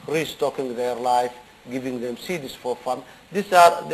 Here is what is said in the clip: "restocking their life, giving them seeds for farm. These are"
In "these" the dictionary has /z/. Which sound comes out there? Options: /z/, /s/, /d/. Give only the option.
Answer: /s/